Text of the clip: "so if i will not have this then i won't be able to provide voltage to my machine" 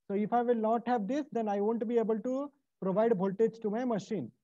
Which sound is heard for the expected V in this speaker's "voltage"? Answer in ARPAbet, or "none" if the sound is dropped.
B